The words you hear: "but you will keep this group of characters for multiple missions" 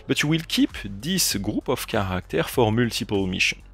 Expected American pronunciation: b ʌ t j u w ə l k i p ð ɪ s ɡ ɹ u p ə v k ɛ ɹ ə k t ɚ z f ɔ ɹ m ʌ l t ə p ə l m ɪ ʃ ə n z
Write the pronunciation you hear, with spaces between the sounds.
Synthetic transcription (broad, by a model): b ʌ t j u w ə l k i p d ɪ s ɡ ɹ u p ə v k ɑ ɹ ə k t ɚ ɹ f ɔ ɹ m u l t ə p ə l m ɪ ʃ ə n